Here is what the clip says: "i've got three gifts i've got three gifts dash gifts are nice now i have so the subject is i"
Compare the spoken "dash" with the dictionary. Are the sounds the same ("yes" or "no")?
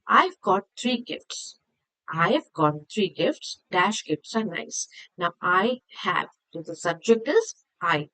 yes